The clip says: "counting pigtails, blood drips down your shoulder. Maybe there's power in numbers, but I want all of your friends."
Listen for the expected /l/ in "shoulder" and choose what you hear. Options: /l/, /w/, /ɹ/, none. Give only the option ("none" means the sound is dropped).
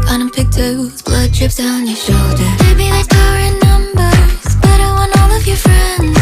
/l/